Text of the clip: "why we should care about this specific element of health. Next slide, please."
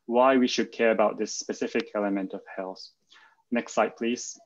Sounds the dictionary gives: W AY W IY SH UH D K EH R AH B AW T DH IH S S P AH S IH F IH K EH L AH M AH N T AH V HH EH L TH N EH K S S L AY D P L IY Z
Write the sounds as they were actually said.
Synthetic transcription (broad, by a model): W AY W IY SH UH D K EH R AH B AW T DH IH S S P AH S IH F IH K EH L AH M AH N T AH V HH EH L TH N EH K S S AY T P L IY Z